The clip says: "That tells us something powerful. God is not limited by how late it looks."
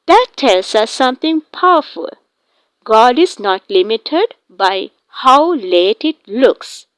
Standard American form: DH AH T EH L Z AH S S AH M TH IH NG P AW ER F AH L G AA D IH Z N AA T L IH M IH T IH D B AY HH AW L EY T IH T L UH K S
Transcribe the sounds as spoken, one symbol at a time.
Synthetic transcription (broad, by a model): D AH T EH L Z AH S S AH M T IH NG P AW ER F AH L G AA D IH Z N AA T L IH M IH T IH D B AY HH AW L EY T IH T L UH K S